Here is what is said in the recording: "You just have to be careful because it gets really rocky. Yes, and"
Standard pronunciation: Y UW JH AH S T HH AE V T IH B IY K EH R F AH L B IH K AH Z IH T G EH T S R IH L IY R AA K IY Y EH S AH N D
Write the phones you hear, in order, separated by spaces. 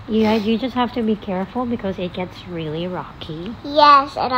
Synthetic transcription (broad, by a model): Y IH JH AH S T HH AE F T IH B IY K EH R F L B IH K AH Z IH T G EH T S R IH L IY R AA K IY Y EH S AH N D